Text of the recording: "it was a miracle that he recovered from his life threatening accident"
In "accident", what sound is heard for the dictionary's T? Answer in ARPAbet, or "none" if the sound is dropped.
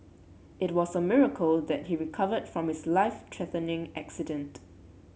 T